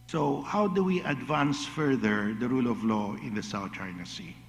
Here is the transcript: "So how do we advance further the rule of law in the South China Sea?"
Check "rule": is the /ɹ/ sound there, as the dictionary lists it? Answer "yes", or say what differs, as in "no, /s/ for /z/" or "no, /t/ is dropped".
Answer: yes